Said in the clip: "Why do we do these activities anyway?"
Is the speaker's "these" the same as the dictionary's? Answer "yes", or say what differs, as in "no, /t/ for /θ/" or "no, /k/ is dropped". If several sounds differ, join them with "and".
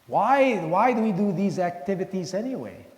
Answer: yes